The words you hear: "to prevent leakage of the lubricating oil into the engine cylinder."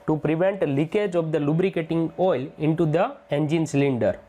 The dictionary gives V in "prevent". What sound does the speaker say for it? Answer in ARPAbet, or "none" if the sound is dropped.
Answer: V